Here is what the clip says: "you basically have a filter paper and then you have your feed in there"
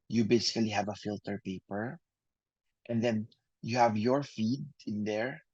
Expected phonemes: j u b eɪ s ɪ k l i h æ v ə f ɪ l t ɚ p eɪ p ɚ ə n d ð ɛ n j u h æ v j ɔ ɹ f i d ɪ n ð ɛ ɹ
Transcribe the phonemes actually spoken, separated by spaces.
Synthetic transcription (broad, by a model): j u b eɪ s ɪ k l i h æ v ə f ɪ l t ɚ p eɪ p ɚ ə n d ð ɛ n j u h æ v j ɔ ɹ f i d ɪ n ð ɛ ɹ